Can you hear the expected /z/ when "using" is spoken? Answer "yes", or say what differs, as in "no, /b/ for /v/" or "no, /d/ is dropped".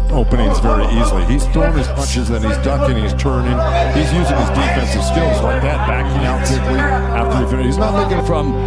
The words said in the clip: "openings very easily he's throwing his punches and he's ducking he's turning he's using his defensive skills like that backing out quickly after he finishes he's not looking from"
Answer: yes